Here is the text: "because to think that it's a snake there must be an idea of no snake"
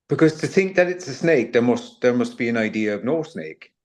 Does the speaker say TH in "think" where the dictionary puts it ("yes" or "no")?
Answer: yes